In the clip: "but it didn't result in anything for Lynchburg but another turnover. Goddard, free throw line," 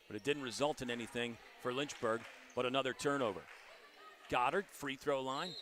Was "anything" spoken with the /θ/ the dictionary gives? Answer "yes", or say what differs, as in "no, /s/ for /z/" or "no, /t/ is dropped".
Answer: yes